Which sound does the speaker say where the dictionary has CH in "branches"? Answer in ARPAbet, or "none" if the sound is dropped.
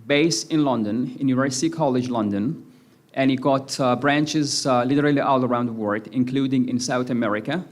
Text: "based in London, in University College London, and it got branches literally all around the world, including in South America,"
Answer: CH